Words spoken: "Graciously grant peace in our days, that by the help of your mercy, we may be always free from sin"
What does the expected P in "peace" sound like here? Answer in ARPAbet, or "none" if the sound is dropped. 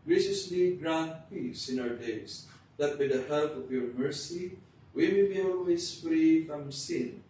P